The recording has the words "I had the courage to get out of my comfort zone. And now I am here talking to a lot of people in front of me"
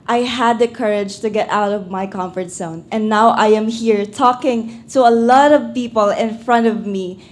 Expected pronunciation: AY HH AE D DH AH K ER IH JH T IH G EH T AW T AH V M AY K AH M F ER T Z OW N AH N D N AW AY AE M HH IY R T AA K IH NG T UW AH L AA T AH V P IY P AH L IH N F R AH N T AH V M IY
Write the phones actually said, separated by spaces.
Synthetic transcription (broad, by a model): AY HH AE D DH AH K ER IH JH T IH G EH T AW T AH V M AY K AH M F ER T S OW N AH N N AW AY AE M HH IY R T AA K IH NG T UW AH L AA T AH V P IY P AH L IH N F R AH N T AH V M IY